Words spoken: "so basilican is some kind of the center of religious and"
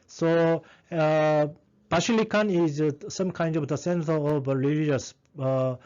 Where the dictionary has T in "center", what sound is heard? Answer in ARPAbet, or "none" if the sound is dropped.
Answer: S